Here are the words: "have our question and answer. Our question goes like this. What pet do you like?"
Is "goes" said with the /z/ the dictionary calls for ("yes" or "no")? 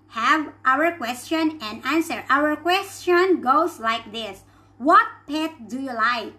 no